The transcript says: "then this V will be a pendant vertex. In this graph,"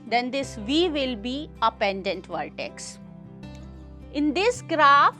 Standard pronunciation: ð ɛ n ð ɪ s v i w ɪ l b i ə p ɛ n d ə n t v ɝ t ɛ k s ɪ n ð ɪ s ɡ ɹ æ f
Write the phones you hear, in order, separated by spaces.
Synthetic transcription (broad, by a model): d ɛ n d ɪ s v i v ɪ l b i ə p ɛ n d ə n t v ɝ t ɛ k s ɪ n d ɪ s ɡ ɹ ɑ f